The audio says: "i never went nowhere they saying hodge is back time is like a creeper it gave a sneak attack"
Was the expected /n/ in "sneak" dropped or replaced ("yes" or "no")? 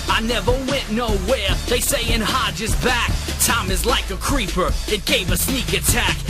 no